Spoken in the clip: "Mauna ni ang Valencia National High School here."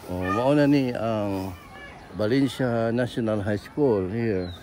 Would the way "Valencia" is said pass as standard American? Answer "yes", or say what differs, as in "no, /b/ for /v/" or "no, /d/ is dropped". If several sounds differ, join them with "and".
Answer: no, /b/ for /v/